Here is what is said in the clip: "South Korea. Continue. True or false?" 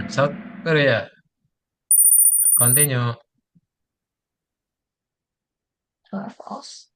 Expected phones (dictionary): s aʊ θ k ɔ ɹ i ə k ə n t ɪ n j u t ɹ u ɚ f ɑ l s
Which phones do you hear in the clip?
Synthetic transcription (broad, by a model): s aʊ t k ɔ ɹ i ə k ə n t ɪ n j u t u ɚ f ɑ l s